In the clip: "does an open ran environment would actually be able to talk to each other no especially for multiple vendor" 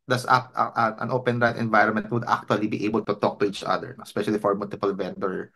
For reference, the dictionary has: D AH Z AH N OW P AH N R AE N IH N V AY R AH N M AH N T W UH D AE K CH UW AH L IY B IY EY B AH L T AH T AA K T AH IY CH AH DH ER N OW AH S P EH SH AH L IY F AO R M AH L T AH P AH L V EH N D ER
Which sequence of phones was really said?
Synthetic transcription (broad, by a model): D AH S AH N OW P AH N R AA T IH N V AY R AH N M AH N T W UH D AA K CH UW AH L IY B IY EY B AH L T AH T AA K T AH IY CH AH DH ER N OW AH S P EH SH AH L IY F AO R M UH L T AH P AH L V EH N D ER